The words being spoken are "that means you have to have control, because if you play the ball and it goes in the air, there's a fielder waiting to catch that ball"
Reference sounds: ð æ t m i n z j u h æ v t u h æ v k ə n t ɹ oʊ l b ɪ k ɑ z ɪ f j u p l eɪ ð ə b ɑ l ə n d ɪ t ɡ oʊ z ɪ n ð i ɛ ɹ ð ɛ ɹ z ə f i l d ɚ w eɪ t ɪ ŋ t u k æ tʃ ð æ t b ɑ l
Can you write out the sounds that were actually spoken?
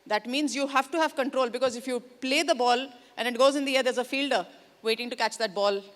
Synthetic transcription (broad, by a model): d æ t m i n z j u h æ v t u h æ v k ə n t ɹ oʊ l b ɪ k ɑ z ɪ f j u p l eɪ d ə b ɑ l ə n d ɪ t ɡ oʊ z ɪ n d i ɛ ɹ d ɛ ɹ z ə f i l d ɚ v eɪ t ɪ ŋ t u k æ tʃ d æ t b ɑ l